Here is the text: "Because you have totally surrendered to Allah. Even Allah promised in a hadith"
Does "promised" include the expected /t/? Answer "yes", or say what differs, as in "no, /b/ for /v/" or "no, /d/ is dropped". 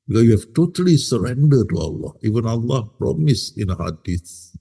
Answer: no, /t/ is dropped